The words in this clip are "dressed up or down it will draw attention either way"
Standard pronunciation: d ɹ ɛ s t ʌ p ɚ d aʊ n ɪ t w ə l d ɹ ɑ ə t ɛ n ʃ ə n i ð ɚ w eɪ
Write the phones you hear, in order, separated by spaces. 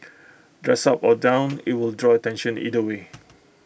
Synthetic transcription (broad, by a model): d ɹ ɛ s ɑ p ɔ d aʊ n ɪ t w ə l d ɹ ɑ ə t ɛ n ʃ ə n i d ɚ w eɪ